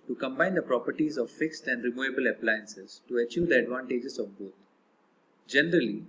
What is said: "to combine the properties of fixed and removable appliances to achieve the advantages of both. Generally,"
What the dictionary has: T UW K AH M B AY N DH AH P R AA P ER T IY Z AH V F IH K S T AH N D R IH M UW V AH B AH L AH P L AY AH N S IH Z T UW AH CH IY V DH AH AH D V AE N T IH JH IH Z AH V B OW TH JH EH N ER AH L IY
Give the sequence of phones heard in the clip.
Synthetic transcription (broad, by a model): T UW K AH M B AY N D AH P R AA P ER T IY Z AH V F IH K S T AH N D R IH M UW V AH B AH L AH P L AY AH N S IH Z T UW AH CH IY V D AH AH D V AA N T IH JH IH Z AH V B OW T JH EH N ER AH L IY